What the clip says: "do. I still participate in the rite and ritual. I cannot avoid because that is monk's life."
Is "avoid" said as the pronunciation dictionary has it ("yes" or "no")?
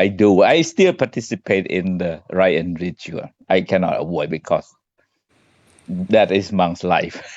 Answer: no